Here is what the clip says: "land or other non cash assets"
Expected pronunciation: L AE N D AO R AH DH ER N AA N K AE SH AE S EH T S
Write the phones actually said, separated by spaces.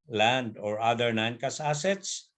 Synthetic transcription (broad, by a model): L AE N D AO R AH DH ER N AA N K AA S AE S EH T S